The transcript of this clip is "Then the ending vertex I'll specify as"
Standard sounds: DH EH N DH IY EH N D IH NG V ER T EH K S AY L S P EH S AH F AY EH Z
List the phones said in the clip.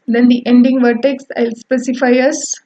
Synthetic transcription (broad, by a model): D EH N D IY EH N D IH NG V ER T EH K S AY L S P EH S AH F AY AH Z